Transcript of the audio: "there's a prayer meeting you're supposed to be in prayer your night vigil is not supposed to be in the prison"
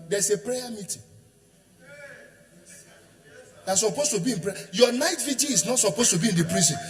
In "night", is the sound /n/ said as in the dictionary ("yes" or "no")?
yes